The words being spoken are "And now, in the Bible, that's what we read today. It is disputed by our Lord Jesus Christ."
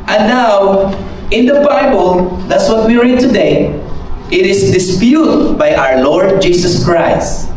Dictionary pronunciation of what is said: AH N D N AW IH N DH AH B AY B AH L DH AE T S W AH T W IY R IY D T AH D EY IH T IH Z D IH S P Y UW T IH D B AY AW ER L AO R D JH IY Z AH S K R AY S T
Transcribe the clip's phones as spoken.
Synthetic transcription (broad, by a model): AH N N AW IH N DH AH B AY B AH L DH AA T S W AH T W IY R IY D T AH D EY IH T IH S D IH S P Y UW T B AY AW ER L AO R D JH IY S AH S K R AY S T